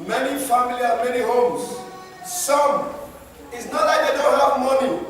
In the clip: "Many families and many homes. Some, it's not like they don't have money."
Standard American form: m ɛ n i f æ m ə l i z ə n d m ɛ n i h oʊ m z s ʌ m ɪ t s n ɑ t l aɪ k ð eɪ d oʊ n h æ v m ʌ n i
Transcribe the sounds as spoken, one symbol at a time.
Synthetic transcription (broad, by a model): m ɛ n i f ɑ m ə l i ə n m ɛ n i h oʊ m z s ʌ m ɪ t s n ɑ t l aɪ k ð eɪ d oʊ n h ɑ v m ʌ n i